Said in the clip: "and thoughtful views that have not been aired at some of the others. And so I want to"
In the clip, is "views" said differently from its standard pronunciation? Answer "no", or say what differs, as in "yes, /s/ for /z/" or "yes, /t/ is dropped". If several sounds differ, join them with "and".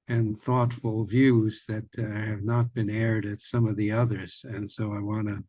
no